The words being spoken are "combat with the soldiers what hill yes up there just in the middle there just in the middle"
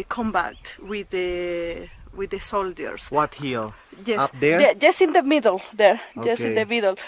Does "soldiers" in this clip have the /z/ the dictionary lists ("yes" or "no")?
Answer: no